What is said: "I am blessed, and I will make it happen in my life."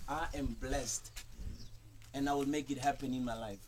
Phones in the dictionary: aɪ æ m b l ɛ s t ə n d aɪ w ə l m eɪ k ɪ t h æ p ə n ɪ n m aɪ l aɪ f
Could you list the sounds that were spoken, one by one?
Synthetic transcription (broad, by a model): aɪ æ m b l ɛ s t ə n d aɪ w ə l m eɪ k ɪ t h æ p ə n ɪ n m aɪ l aɪ f